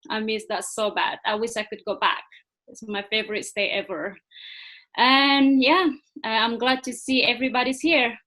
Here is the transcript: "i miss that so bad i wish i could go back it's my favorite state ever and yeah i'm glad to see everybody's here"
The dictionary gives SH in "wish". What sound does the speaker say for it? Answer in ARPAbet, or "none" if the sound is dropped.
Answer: SH